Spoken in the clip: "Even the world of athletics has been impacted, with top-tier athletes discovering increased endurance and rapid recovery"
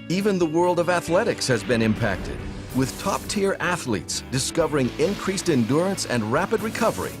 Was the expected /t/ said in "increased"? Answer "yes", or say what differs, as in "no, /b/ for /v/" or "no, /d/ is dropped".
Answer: yes